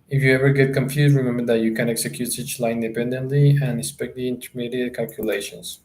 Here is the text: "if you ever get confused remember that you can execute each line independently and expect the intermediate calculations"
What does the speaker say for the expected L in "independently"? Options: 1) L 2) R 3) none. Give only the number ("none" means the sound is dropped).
1